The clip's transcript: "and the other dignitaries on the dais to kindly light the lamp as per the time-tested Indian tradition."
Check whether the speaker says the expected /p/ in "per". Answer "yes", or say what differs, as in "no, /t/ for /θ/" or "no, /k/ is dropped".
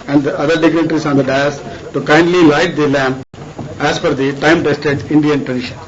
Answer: no, /f/ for /p/